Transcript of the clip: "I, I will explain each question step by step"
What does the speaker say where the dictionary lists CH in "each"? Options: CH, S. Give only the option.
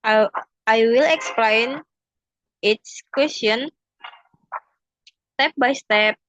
S